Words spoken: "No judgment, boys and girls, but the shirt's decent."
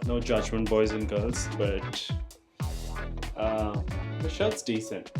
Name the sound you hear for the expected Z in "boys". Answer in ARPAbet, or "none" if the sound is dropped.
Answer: Z